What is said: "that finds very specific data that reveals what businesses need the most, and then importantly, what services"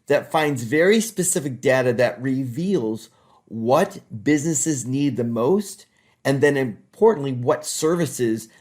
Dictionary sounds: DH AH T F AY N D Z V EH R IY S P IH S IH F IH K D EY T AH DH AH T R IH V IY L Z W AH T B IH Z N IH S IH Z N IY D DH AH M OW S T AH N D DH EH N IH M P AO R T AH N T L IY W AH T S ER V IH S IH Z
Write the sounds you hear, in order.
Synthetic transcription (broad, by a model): DH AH T F AY N D Z V EH R IY S P IH S IH F IH K D EY T AH DH AH T R IH V IY L Z W AH T B IH Z N IH S IH Z N IY D DH AH M OW S T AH N DH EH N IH M P AO R T N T L IY W AH T S ER V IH S IH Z